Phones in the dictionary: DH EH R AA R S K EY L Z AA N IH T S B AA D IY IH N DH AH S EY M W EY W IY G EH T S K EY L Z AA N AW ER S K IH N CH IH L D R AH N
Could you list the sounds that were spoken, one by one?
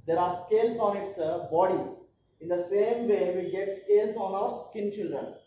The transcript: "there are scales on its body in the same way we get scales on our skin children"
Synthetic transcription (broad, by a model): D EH R AA R S K EY L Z AA N IH T S B AA D IY IH N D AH S EY M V EY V IY G EH T S K EY L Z AA N AW ER S K IH N CH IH L D R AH N